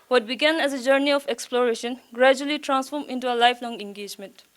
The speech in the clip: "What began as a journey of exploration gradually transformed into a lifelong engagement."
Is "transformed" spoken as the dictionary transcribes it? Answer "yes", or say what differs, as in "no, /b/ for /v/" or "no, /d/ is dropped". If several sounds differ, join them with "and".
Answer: no, /d/ is dropped